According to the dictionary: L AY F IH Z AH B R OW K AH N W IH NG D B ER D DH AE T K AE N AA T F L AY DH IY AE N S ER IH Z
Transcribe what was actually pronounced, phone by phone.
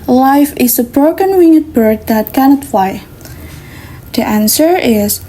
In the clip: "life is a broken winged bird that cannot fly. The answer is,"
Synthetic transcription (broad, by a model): L AY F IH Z AH B R OW K AH N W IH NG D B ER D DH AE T K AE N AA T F AY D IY AE N S ER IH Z